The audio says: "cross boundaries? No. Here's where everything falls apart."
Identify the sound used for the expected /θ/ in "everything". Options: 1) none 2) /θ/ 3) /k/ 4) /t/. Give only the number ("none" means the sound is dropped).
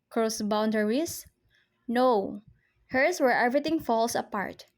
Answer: 4